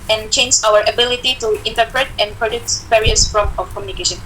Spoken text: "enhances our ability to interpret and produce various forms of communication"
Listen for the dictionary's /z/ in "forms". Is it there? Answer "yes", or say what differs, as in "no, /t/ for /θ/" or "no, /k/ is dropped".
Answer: no, /z/ is dropped